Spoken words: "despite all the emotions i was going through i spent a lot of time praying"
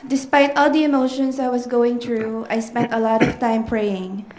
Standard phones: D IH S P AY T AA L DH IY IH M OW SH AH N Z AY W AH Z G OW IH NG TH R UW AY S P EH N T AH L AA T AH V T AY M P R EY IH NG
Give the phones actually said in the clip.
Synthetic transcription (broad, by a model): D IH S P AY T AA L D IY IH M OW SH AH N S AY W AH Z G OW IH NG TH R UW AY S P EH N T AH L AA T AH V T AY M P R EY IH NG